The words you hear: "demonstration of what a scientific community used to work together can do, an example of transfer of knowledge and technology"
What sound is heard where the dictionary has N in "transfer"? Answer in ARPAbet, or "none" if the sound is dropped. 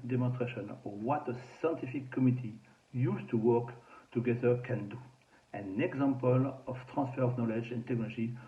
none